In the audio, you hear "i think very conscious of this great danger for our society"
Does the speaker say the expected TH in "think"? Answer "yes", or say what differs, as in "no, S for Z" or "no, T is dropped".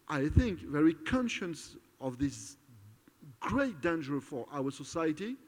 yes